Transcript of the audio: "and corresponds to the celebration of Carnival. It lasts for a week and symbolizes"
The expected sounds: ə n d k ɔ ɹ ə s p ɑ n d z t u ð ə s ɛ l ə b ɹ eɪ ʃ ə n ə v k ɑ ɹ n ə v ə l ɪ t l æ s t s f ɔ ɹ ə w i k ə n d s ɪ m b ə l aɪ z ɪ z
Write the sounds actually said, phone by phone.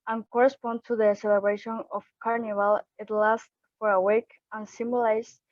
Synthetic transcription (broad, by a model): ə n k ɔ ɹ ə s p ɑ n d t u ð ə s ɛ l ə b ɹ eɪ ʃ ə n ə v k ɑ ɹ n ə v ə l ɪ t l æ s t f ɔ ɹ ə w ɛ k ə n s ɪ m b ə l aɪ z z